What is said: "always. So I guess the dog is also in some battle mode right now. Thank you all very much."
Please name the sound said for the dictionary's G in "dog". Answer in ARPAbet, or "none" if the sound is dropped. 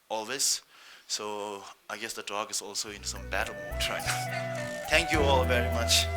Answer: G